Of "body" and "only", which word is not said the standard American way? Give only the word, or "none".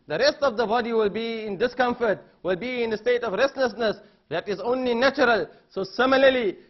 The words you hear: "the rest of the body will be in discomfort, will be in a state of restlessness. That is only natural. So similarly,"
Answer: none